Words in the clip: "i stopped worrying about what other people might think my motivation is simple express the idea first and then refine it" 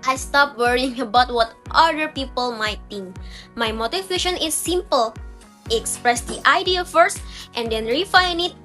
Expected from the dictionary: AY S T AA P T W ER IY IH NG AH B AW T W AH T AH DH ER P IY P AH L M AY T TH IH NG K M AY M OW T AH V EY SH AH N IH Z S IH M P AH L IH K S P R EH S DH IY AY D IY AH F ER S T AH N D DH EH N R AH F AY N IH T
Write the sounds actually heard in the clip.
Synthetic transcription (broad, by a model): AY S T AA P W ER IY IH NG AH B AW T W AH T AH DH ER P IY P AH L M AY T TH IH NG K M AY M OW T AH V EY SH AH N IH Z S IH M P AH L K S P R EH S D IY AY D IY AH F ER S T AH N D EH N R AH F AY N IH T